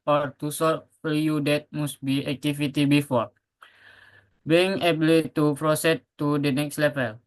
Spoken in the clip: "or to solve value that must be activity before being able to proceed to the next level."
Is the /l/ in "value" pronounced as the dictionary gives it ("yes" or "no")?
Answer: no